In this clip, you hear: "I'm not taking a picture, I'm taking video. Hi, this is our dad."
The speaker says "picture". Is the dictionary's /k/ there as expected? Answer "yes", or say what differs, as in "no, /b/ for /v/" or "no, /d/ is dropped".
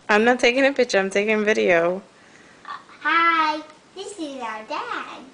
no, /k/ is dropped